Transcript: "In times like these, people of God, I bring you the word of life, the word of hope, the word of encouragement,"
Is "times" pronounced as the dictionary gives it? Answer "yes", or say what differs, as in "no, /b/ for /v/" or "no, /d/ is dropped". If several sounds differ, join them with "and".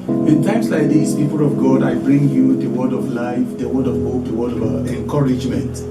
no, /s/ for /z/